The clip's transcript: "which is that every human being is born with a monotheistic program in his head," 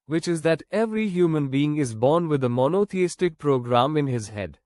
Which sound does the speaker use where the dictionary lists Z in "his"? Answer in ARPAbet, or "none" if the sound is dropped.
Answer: Z